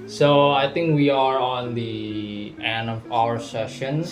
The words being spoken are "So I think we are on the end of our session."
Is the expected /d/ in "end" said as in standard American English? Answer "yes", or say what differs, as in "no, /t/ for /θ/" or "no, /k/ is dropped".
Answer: no, /d/ is dropped